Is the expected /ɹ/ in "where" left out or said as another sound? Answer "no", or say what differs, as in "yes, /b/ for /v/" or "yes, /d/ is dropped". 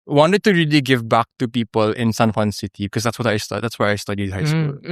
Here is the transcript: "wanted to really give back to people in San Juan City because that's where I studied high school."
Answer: yes, /w/ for /ɹ/